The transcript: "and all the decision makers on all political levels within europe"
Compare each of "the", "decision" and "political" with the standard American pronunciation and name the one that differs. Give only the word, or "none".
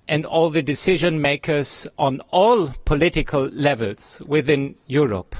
none